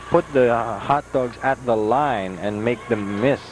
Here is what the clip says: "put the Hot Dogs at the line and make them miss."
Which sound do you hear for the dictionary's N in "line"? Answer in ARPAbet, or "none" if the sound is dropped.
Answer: N